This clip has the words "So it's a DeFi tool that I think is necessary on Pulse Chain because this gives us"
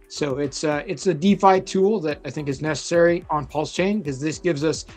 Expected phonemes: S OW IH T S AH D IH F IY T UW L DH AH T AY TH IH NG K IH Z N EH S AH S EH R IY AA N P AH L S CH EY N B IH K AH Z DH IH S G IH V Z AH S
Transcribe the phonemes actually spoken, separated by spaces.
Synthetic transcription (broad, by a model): S OW IH T S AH D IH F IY T UW L DH AH T AY TH IH NG K IH Z N EH S AH S EH R IY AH N P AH L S CH EY N K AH Z DH IH S G IH V Z AH S